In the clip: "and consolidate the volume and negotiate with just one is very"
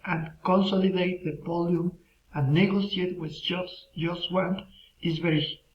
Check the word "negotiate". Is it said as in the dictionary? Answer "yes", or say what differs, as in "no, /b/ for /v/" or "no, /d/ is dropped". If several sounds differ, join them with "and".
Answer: no, /s/ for /ʃ/